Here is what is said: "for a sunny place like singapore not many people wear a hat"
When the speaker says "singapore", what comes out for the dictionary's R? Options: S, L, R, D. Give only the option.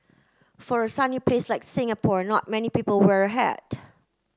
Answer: R